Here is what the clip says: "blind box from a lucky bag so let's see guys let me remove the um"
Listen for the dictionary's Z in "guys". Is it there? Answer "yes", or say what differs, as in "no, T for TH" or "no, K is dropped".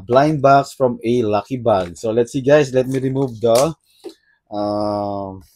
no, S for Z